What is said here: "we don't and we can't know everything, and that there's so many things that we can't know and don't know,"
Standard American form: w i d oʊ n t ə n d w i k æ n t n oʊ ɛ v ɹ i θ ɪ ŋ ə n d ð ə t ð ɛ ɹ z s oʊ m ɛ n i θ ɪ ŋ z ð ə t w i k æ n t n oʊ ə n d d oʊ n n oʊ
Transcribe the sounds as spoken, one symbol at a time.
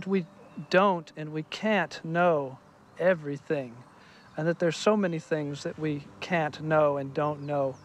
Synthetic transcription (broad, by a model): w i d oʊ n t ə n w i k æ n t n oʊ ɛ v ɹ i θ ɪ ŋ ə n ð ə t ð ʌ ɹ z s oʊ m ɛ n i θ ɪ ŋ z ð ə t w i k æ n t n oʊ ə n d d oʊ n n oʊ